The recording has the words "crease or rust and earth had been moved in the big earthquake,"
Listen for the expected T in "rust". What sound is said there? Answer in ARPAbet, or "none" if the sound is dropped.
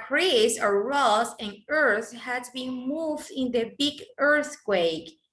none